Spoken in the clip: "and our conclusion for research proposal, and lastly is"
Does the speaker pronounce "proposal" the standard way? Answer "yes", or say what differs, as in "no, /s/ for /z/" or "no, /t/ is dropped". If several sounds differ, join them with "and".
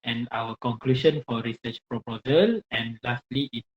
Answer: yes